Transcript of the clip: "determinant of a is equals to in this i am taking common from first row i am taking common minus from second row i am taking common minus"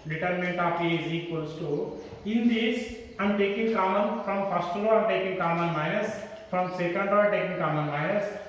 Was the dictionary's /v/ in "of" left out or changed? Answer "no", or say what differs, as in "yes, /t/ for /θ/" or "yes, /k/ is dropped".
yes, /p/ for /v/